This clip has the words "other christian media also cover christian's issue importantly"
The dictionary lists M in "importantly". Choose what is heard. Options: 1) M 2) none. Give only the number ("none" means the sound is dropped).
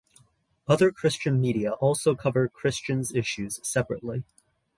2